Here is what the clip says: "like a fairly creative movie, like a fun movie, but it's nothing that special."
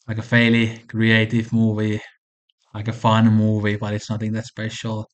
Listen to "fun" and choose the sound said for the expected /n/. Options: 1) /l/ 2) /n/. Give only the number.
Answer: 1